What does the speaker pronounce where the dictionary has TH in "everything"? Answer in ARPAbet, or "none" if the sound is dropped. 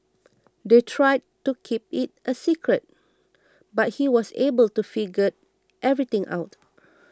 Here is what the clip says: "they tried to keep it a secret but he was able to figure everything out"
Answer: T